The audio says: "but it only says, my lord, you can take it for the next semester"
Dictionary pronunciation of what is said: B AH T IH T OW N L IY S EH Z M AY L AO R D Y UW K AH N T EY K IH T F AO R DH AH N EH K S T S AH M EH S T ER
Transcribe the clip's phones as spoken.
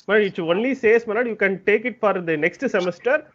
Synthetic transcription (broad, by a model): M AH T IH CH OW N L IY S EH S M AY N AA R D Y UW K AH N T EY K IH T F AO R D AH N EH K S T S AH M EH S T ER